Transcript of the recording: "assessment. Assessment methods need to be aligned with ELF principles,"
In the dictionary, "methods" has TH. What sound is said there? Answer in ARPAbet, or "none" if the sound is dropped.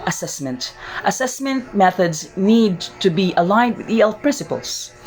TH